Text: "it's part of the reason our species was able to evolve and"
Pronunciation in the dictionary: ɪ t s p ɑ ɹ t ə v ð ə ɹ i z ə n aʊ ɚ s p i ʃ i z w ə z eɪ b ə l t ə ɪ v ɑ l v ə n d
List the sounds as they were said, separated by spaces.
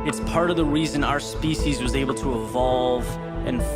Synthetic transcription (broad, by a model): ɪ t s p ɑ ɹ t ə v ð ə ɹ i z ə n aʊ ɚ s p i ʃ i z w ə z eɪ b l t ə ɪ v ɑ l v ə n